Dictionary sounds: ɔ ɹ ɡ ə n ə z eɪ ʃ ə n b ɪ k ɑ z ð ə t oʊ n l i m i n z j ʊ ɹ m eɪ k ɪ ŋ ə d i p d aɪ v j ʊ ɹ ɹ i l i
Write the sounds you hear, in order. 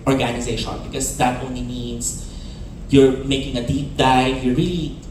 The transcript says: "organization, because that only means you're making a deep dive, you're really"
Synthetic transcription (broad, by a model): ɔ ɹ ɡ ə n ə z eɪ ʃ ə n b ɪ k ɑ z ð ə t oʊ n l i m i n s j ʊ ɹ m eɪ k ɪ ŋ ə d i p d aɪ j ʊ ɹ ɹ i l i